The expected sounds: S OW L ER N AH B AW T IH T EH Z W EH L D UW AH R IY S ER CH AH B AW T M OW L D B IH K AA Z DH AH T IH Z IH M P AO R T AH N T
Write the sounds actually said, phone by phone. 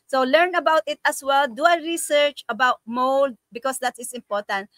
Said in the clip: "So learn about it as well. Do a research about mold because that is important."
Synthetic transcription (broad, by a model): S OW L ER N AH B AW T IH T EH S W EH L D UW AH R IY S ER CH AH B AW T M OW L D B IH K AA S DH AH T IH S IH M P AO R T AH N T